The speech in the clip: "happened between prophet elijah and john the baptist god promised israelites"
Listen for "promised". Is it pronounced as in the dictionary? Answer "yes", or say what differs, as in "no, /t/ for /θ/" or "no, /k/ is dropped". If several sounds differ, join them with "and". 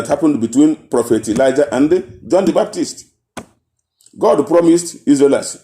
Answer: yes